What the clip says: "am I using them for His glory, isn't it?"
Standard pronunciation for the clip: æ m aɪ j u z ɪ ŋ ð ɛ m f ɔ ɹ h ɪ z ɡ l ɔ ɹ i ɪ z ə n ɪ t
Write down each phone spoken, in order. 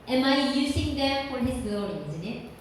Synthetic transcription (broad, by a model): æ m aɪ j u z ɪ ŋ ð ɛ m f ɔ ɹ h ɪ z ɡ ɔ l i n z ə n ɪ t